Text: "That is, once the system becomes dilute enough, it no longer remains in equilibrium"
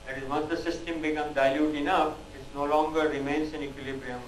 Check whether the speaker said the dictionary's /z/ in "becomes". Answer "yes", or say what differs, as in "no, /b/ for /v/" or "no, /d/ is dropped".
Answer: no, /z/ is dropped